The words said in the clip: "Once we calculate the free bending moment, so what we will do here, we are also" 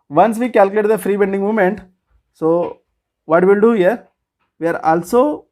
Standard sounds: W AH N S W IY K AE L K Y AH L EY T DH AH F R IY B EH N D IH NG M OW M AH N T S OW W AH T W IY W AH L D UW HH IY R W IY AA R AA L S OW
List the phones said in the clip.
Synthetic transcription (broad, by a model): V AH N S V IY K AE L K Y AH L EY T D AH F R IY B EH N D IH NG M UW M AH N T S OW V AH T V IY L D UW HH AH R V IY AA R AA L S OW